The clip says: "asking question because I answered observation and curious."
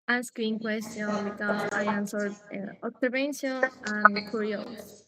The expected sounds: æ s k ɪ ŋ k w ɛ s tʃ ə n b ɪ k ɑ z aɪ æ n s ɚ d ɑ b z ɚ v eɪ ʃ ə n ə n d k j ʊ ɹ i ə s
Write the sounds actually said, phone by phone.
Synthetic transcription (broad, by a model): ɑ s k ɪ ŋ k w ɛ s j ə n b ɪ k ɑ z aɪ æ n s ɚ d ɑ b s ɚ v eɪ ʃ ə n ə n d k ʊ ɹ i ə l